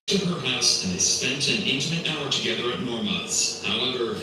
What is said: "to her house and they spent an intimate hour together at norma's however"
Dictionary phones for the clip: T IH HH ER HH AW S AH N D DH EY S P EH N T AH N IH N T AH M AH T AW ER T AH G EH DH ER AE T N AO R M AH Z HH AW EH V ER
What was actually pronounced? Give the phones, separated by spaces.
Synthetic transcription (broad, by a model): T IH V ER HH AW S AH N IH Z S P EH N T AH N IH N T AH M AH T AW ER T AH G EH DH ER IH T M AO R M AH S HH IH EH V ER